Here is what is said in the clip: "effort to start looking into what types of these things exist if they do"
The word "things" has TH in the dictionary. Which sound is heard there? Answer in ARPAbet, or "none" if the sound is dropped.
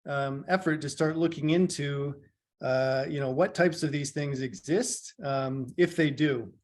TH